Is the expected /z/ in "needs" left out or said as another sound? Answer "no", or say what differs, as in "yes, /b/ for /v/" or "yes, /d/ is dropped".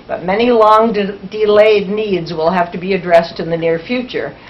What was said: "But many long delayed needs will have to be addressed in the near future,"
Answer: no